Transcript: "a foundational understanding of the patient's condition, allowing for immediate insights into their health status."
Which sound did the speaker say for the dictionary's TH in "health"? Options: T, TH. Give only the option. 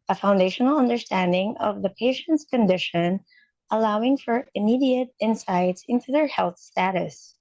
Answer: TH